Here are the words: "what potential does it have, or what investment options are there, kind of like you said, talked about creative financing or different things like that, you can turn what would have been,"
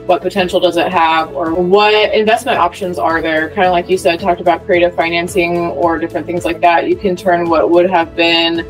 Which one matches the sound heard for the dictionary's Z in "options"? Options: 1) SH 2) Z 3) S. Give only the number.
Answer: 2